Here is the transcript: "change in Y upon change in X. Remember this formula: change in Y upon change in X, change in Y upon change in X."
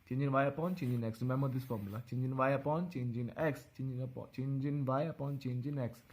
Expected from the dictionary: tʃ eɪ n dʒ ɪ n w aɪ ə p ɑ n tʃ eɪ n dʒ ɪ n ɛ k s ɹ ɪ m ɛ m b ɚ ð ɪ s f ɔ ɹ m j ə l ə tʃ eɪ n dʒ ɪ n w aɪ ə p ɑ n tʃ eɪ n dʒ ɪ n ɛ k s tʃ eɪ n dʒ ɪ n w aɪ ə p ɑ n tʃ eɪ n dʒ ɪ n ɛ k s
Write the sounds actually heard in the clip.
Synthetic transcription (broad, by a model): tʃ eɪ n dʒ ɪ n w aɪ ə p ɑ n tʃ eɪ n dʒ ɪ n ɛ k s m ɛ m ɚ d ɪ s f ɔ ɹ m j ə l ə tʃ eɪ n dʒ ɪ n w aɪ ə p ɑ n tʃ eɪ n dʒ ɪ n ɛ k s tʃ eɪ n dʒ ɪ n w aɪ ə p ɑ n tʃ eɪ n dʒ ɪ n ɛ k s